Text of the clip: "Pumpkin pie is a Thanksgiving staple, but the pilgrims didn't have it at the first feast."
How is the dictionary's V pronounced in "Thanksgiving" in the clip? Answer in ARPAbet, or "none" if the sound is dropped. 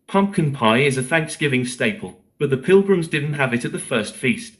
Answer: V